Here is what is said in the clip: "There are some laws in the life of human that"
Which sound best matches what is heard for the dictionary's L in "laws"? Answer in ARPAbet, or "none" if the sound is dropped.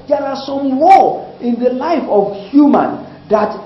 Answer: W